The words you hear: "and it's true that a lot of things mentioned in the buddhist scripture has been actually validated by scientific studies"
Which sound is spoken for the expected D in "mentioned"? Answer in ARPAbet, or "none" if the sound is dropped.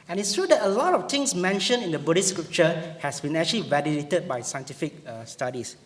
none